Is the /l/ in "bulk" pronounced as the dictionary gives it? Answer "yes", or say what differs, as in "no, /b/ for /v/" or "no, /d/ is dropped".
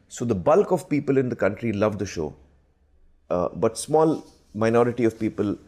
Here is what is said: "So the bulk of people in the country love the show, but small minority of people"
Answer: yes